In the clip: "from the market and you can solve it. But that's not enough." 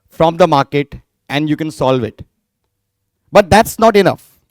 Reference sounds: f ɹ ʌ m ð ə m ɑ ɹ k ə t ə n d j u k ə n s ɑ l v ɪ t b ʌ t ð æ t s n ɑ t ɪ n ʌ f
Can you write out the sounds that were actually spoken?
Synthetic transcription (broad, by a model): f ɹ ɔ m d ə m ɑ ɹ k ə t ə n d j u k ə n s ɑ l v ɪ t b ʌ t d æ t s n ɑ t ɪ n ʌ f